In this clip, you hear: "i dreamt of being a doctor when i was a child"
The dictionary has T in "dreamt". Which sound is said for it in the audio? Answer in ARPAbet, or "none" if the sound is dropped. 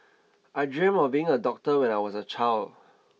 none